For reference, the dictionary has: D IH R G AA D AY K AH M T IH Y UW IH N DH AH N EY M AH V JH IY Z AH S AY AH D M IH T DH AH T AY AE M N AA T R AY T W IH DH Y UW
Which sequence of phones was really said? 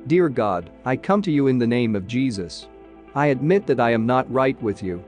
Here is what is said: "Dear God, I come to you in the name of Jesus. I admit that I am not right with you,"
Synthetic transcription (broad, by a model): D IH R G AA D AY K AH M T IH Y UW IH N DH AH N EY M AH V JH IY Z AH S AY AH D M IH T DH AH T AY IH M N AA T R AY T W IH DH Y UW